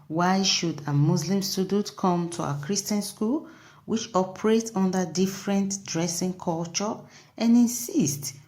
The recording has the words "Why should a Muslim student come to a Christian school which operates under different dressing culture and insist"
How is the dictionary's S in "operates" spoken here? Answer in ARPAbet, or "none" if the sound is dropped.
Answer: none